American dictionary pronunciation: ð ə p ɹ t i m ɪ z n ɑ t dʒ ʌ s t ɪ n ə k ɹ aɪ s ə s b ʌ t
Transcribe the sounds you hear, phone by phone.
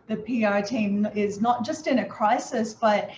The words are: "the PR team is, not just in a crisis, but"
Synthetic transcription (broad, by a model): ð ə p ɹ t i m ɪ z n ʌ t dʒ ʌ s t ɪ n ə k ɹ aɪ s ə s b ʌ t